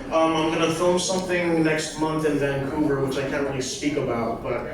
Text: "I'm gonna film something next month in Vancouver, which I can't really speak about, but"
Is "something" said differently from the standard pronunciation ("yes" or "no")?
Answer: no